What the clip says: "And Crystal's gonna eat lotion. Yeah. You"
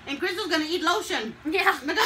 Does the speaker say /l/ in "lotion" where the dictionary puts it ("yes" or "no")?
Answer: yes